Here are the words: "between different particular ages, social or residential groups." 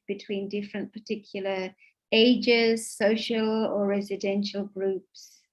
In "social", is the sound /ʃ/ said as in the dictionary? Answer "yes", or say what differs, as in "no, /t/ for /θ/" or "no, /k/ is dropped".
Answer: yes